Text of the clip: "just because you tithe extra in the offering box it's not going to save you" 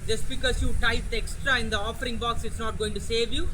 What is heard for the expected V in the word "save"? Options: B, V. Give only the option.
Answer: V